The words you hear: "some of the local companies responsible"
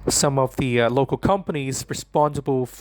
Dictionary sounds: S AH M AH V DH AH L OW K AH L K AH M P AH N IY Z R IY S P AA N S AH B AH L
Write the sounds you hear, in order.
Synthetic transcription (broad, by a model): S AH M AH V DH AH L OW K AH L K AH M P AH N IY Z R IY S P AA N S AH B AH L